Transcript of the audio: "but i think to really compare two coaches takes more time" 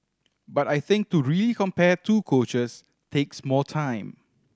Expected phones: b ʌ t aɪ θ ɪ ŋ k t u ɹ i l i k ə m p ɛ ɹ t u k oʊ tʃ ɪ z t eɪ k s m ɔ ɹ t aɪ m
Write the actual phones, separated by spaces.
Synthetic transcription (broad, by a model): b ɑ t aɪ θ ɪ ŋ k t u ɹ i l i k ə m p ɛ t u k oʊ tʃ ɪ s t eɪ k s m ɔ l t aɪ m